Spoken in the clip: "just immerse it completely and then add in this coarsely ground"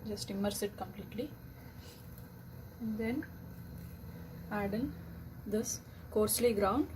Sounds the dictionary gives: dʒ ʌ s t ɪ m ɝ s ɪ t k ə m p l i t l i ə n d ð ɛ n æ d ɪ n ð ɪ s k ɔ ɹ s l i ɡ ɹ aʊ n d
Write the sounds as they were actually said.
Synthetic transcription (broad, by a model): dʒ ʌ s t ɪ m ɝ s ɪ t k ə m p l i t l i ə n d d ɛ n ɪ d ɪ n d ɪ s k ɔ ɹ s l i ɡ ɹ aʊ n d